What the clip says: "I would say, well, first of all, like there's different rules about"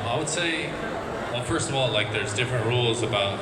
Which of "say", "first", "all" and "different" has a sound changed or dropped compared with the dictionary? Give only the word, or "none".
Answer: none